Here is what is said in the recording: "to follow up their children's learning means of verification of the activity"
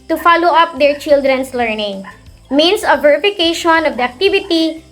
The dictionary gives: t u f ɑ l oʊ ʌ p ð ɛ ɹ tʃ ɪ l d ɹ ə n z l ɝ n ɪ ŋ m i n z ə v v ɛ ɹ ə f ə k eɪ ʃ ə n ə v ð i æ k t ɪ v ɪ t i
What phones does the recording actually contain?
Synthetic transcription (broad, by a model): t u f ɑ l oʊ ʌ p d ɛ ɹ tʃ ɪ l d ɹ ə n s l ɝ n ɪ ŋ m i n s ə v v ɛ ɹ ə f ə k eɪ ʃ ə n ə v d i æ k t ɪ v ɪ t i